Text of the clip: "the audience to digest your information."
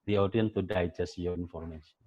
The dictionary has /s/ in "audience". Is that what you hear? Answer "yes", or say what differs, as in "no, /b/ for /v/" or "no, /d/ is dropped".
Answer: no, /s/ is dropped